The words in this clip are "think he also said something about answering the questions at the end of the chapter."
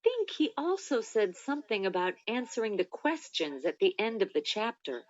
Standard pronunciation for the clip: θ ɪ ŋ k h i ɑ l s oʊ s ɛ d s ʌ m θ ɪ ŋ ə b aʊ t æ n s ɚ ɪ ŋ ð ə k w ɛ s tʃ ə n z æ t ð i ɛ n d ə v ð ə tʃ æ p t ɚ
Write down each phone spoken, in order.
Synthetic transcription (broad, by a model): θ ɪ ŋ k h i ɑ l s oʊ s ɛ d s ʌ m θ ɪ ŋ ə b aʊ t æ n s ɚ ɪ ŋ ð ə k w ɛ s tʃ ə n z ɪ t ð i ɛ n d ə v ð ə tʃ æ p t ɚ